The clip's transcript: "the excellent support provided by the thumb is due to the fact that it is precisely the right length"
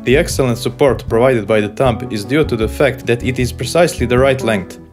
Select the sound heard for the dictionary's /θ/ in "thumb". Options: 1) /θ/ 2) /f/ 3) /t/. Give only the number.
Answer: 3